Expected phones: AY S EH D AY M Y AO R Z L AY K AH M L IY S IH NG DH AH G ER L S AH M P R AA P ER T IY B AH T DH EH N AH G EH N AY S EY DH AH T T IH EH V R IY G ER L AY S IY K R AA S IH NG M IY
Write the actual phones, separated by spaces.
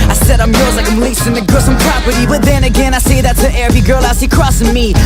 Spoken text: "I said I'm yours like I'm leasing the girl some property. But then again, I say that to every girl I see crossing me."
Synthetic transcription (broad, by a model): AY S EH D AY M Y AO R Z L AY K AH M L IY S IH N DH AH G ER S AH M P R AA P ER T IY B AH T DH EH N AH G EH N AY S EY DH AH T S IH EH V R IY G ER L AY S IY K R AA S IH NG M IY